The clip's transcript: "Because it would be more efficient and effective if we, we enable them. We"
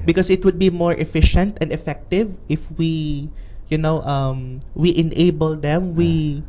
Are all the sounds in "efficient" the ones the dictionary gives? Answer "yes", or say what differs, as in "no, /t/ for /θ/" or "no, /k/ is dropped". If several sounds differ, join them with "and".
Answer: yes